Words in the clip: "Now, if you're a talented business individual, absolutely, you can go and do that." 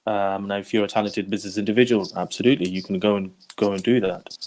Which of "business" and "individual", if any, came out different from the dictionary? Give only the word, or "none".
none